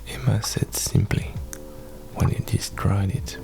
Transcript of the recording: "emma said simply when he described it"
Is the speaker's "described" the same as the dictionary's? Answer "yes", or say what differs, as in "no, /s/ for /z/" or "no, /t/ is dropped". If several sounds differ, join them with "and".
no, /b/ is dropped